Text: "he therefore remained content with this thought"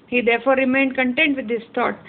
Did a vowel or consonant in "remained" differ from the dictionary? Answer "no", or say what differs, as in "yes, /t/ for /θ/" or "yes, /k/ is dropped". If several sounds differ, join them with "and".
no